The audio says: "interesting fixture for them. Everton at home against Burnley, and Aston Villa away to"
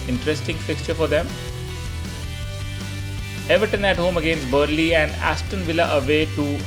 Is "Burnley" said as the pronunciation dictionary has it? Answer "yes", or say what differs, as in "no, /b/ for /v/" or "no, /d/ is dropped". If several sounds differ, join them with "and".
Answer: no, /n/ is dropped